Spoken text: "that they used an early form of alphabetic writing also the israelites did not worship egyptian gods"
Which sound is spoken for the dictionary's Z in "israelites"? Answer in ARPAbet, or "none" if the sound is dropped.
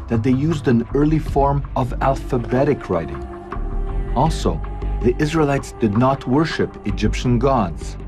Z